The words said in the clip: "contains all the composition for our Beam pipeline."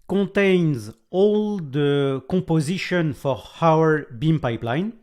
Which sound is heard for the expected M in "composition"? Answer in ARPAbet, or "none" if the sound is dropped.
none